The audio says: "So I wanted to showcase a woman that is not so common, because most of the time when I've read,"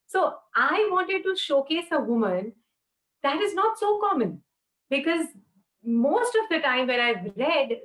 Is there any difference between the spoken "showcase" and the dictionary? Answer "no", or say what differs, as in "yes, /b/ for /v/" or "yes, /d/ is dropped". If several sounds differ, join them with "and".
no